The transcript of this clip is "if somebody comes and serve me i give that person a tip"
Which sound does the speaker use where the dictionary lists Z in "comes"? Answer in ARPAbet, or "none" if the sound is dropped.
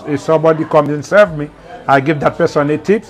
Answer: none